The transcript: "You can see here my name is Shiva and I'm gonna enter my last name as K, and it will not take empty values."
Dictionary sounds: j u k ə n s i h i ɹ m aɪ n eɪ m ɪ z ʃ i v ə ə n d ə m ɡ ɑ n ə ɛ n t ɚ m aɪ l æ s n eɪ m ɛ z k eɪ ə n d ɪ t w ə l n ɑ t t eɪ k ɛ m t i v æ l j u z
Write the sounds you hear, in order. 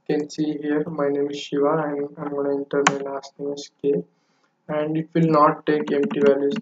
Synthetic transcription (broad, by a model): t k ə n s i h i ɹ m aɪ n eɪ m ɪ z ʃ i v ə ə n ə m ɡ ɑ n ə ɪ n t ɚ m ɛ n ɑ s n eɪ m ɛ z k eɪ ə n d ɪ t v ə l n ɑ t t eɪ k ɛ m t i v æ l j u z